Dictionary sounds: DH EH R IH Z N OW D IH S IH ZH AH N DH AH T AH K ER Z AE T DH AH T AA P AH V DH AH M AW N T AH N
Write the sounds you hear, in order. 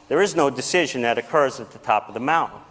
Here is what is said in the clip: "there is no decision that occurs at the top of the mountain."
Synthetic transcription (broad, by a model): DH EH R IH Z N OW D IH S IH ZH AH N DH AH T AH K ER Z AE T DH AH T AA P AH V DH AH M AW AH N